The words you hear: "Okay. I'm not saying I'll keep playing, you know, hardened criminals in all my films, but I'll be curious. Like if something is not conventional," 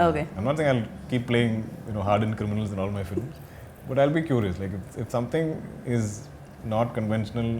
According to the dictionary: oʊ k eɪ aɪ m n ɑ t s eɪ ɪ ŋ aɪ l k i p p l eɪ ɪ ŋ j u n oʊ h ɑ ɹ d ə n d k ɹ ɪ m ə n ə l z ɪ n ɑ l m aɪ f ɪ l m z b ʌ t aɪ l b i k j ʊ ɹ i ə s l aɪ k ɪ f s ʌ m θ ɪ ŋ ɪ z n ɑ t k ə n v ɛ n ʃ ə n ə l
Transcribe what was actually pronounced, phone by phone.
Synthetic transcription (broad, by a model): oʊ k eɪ aɪ m n ɑ t s eɪ ɪ ŋ aɪ l k i p p l eɪ ɪ ŋ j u n oʊ h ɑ ɹ d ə n k ɹ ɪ m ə n ə l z ɪ n ɑ l m aɪ f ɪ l m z b ʌ t aɪ l b i k j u ɹ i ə s l aɪ k ɪ f s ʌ m t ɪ ŋ ɪ z n ɑ t k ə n v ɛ n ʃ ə n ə l